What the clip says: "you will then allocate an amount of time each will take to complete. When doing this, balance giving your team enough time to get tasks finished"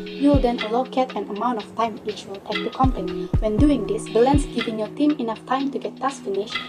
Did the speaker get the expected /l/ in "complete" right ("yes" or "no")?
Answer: no